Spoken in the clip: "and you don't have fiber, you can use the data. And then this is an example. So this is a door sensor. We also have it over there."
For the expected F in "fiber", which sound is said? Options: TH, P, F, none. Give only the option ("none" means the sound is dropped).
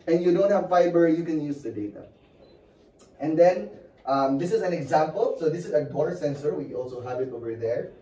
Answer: F